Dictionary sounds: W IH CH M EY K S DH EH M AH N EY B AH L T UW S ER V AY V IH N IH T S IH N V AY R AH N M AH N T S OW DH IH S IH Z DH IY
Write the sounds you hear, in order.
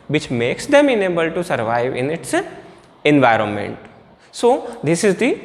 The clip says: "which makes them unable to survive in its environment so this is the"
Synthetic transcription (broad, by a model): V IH CH M EY K S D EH M AH N EY B AH L T UW S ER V AY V IH N IH T S IH N V AY R AH N M AH N T S OW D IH S IH Z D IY